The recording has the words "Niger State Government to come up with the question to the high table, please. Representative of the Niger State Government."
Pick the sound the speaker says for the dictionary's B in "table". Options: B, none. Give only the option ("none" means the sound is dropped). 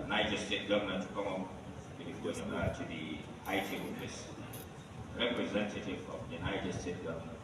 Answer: none